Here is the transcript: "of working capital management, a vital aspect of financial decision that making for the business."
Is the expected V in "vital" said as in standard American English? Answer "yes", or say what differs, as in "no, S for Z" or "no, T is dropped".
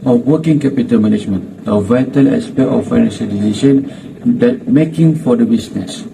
yes